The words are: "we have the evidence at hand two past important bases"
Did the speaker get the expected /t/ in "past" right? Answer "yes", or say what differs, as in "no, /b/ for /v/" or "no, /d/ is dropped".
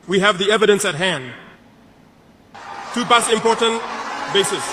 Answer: no, /t/ is dropped